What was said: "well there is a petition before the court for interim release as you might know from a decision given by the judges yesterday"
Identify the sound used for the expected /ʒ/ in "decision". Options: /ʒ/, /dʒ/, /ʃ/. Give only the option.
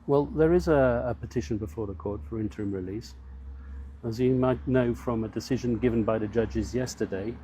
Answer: /ʒ/